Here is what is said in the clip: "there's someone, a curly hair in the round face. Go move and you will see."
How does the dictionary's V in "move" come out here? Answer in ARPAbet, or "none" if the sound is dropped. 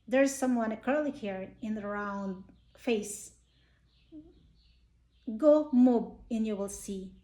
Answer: B